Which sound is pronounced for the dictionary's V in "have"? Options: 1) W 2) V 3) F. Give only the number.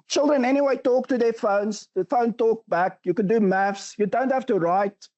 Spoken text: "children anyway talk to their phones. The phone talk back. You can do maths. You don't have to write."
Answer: 3